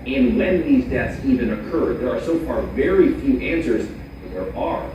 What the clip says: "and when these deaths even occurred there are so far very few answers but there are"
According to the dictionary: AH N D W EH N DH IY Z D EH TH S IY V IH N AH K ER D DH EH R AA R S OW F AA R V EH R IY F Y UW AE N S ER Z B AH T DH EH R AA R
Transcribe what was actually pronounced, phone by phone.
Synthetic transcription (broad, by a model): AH N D W EH N DH IY Z D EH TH S IY V IH N AH K ER D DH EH R AA R S OW F AA R V EH R IY F Y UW AE N S ER Z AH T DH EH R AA R